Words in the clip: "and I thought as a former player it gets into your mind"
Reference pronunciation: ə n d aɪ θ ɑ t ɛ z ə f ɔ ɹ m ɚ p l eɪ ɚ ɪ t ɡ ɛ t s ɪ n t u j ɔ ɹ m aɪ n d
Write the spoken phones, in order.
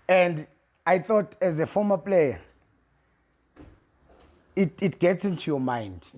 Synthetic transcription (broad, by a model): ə n d aɪ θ ɑ t ɛ z ə f ɔ m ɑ p l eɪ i ɪ t ɡ ɛ t s ɪ n t u j ɔ m aɪ n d